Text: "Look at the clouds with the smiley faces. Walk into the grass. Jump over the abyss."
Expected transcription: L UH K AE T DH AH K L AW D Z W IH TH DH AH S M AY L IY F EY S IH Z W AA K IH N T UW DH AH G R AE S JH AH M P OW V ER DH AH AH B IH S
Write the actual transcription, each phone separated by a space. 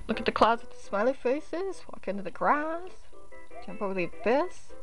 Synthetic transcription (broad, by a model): L UH K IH T DH AH K L AW D Z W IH DH AH S M AY L IY F EY S IH Z W AA K IH N T UW DH AH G R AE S JH AH M P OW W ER DH AH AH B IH S